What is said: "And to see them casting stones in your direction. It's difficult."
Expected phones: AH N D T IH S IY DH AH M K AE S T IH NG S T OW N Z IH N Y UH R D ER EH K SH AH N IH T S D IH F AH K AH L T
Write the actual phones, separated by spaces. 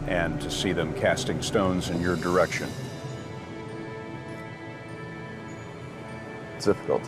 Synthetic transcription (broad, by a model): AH N T IH S IY DH AH M K AE S T IH NG S T OW N Z IH N Y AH R D ER EH K SH AH N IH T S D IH F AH K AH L T